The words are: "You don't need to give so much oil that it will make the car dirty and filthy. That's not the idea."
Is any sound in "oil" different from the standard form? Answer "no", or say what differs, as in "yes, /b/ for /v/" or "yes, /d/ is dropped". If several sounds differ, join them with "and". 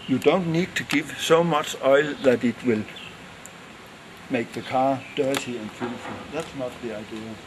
no